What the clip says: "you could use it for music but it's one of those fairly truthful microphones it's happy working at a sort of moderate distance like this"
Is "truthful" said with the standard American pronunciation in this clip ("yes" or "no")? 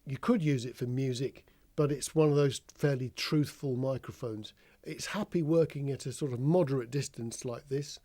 yes